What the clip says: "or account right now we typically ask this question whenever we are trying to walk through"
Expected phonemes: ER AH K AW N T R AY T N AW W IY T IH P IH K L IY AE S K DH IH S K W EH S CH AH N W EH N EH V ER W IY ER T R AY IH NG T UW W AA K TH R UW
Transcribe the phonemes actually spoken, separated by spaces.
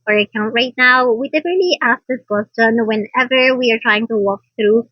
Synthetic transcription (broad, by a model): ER AH K AW N T R AY T N AW W IY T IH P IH L IY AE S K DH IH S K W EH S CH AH N W EH N EH V ER W IY ER T R AY IH NG T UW W AA K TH R UW